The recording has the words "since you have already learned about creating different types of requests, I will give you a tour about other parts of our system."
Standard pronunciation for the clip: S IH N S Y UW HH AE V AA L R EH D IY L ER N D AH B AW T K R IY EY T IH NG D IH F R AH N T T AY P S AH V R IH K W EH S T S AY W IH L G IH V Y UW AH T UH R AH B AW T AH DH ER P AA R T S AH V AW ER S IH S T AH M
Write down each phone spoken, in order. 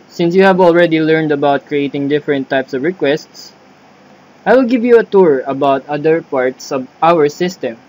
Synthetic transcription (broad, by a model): S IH N S Y UW HH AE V AA L R EH D IY L ER N D AH B AW T K R IY EY T IH NG D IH F R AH N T T AY P S AH V R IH K W EH S T S AY W IH L G IH V Y UW AH T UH R AH B AW T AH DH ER P AA R T S AH V AW ER S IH S T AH M